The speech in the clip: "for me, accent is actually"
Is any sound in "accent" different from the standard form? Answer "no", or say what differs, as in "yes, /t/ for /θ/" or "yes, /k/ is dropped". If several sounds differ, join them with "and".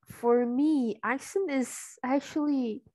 yes, /t/ is dropped